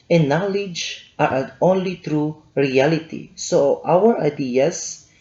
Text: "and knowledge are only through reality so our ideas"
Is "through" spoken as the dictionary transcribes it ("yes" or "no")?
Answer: no